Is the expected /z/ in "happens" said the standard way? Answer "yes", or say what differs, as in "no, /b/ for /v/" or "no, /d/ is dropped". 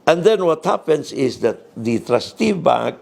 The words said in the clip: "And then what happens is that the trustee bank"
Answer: no, /s/ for /z/